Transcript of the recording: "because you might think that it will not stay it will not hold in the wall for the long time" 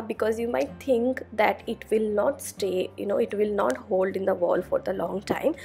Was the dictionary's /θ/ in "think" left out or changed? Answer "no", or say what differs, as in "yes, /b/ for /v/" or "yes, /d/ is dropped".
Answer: yes, /t/ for /θ/